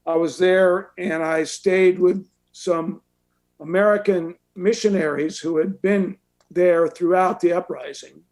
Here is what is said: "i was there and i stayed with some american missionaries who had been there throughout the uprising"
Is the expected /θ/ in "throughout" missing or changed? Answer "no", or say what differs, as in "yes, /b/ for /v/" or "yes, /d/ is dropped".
no